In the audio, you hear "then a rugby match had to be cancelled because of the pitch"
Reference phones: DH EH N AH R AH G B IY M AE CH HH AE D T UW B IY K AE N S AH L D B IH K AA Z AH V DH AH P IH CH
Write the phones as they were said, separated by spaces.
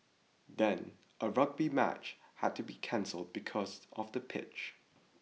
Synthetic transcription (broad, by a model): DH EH N AH R AH G B IY M AE CH HH AE D T UW B IY K AE N S AH L D B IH K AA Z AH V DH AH P IH CH